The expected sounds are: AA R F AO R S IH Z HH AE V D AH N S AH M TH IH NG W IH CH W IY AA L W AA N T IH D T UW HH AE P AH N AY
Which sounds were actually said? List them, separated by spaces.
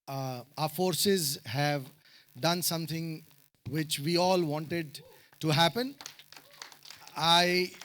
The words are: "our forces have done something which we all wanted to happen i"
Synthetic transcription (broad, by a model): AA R F AO R S IH Z HH AE V D AH N S AH M T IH NG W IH CH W IY AA L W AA N T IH D T UW HH AE P AH N AY